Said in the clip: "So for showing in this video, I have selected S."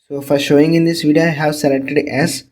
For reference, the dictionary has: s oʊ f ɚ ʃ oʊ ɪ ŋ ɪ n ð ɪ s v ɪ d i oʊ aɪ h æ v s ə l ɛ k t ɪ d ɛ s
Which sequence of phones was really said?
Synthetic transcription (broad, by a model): s oʊ f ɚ ʃ oʊ ɪ ŋ ɪ n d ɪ s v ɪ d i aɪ h æ v s ə l ɛ k t ɪ d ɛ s